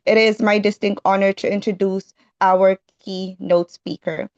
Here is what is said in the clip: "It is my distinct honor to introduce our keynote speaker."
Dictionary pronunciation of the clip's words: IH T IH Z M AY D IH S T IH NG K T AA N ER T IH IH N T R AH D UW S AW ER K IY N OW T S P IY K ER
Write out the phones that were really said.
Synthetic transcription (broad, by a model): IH T IH Z M AY D IH S T IH NG K T AA N ER T IH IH N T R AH D UW S AW ER K IY N OW T S P IY K ER